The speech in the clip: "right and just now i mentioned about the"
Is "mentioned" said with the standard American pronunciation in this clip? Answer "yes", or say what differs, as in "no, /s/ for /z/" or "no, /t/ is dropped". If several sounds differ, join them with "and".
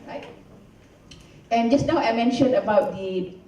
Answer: no, /d/ is dropped